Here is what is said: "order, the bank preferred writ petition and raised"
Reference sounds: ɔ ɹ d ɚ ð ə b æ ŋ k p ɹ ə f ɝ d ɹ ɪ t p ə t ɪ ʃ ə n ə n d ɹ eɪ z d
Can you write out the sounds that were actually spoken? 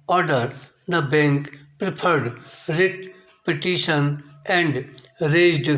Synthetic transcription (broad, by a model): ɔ ɹ d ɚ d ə b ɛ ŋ k p ɹ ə p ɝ d ɹ ɪ t p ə t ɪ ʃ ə n ə n d ɹ eɪ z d